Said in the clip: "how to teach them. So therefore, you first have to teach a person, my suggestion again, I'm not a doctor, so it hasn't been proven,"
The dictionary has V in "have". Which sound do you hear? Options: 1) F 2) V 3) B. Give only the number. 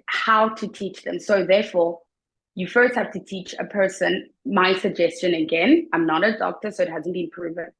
1